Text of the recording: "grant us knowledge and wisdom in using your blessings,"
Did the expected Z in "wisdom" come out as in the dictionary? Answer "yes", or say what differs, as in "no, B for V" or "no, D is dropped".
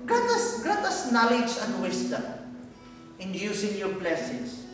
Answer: no, S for Z